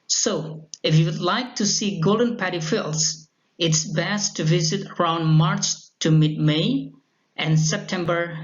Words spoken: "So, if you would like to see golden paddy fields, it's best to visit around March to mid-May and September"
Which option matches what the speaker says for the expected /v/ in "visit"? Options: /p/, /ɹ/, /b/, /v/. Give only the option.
/v/